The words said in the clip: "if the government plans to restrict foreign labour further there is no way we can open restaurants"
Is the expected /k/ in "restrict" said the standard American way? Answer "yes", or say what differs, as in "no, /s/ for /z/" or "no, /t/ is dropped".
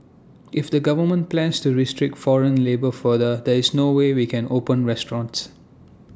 yes